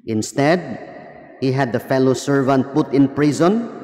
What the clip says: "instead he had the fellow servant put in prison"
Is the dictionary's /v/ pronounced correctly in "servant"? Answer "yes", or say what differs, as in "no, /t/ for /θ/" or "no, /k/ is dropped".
yes